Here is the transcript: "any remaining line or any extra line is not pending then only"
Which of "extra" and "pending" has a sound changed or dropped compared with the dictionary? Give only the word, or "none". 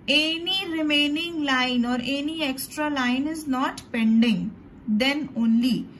none